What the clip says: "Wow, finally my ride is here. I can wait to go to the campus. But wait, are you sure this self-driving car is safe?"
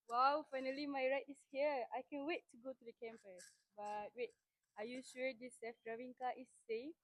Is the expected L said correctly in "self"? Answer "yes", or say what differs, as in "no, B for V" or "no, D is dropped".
no, L is dropped